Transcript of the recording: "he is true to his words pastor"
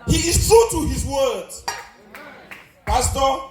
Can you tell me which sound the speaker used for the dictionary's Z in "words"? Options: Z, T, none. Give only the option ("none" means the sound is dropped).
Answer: none